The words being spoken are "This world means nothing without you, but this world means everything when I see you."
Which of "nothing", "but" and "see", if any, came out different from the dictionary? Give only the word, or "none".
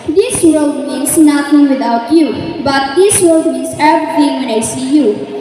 nothing